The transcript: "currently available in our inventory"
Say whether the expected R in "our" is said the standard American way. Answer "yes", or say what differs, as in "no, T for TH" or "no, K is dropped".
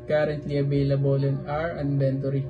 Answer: yes